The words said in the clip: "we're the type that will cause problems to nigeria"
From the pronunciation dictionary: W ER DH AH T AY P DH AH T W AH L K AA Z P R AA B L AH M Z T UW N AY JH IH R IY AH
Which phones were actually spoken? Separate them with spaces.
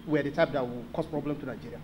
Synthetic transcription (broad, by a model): W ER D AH T AY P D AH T W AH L K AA S P R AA B L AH M T UW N AY JH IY R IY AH